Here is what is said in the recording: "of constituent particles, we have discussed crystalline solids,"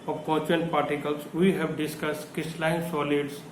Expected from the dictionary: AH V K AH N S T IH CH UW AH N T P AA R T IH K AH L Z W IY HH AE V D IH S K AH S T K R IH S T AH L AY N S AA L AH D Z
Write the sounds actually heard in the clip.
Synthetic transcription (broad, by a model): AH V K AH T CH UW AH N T P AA R T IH K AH L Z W IY HH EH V D IH S K AH S T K IH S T L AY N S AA L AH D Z